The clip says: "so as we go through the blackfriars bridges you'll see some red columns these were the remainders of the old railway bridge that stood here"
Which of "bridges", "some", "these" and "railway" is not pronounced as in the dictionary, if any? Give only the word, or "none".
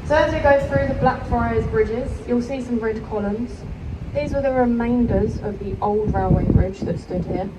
none